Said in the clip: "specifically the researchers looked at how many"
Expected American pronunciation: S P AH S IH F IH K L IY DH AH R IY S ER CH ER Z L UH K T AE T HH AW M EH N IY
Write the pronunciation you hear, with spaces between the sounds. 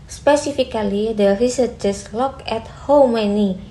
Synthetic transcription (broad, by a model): S P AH S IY F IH K L IY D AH R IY S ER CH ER S L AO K EH T HH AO M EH N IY